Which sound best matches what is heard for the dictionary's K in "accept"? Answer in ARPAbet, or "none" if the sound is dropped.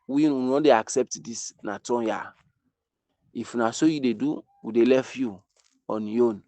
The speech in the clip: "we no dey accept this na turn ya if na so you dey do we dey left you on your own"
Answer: K